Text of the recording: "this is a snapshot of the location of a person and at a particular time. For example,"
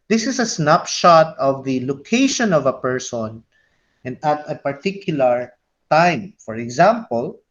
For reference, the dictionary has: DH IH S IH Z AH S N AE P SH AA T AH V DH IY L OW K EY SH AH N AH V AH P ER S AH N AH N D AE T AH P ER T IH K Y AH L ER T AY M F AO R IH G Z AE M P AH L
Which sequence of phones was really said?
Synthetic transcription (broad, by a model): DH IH S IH S AH S N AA P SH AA T AH V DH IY L OW K EY SH AH N AH V AH P ER S AH N AH N D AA T AH P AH T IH K Y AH L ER T AY M F AO R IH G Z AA M P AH L